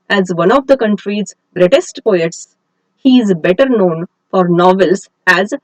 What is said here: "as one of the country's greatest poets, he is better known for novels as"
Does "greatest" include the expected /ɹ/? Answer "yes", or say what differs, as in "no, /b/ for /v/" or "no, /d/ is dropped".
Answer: yes